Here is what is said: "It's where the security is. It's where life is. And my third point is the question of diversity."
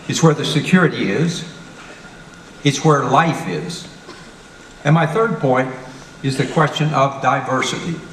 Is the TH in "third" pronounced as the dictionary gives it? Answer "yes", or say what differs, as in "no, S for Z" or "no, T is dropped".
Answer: yes